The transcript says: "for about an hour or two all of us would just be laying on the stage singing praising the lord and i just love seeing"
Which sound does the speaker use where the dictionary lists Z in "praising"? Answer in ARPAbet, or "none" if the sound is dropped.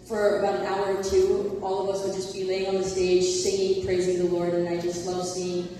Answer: Z